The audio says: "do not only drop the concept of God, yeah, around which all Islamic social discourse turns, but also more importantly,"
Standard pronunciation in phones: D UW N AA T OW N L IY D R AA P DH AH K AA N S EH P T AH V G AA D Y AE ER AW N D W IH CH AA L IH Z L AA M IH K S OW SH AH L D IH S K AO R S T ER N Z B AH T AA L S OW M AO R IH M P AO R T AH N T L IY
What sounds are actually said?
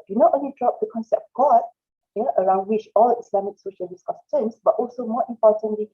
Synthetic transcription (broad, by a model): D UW N AA T OW N L IY D R AA P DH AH K AA N S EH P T G AA D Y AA ER AW N D W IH CH AA L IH S L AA M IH K S OW SH AH L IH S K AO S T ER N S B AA T AA L S OW M AO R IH M P AO T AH N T L IY